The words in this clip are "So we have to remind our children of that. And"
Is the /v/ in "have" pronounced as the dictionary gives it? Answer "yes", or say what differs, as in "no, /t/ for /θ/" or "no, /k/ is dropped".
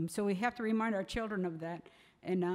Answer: no, /f/ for /v/